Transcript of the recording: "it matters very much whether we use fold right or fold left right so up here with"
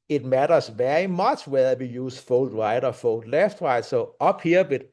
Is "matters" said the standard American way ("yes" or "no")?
no